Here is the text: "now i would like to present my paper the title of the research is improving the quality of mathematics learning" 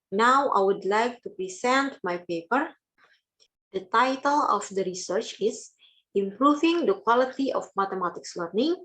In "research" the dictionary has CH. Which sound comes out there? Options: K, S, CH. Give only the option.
CH